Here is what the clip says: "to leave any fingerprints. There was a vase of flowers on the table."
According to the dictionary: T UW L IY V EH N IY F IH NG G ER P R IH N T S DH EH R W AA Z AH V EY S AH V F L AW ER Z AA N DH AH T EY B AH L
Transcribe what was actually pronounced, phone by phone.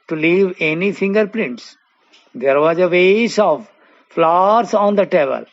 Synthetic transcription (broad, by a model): T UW L IY V EH N IY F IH NG G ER P L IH N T S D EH R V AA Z AH V EY S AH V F L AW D S AA N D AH T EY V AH L